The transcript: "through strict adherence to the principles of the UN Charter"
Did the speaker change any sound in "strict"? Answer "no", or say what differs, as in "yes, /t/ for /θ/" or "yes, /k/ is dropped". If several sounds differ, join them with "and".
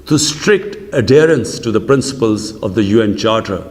no